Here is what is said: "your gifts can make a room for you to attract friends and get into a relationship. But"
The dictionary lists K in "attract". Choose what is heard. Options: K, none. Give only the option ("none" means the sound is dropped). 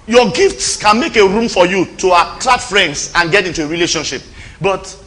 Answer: none